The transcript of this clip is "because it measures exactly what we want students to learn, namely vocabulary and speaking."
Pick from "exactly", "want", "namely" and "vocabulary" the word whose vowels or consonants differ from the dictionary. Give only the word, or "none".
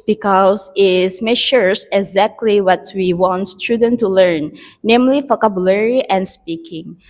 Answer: vocabulary